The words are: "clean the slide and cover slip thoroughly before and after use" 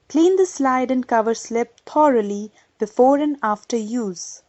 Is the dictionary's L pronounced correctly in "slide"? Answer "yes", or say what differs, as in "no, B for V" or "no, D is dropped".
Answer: yes